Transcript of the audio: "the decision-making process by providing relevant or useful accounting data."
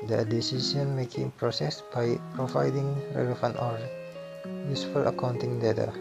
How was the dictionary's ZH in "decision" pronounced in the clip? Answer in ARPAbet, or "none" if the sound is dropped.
S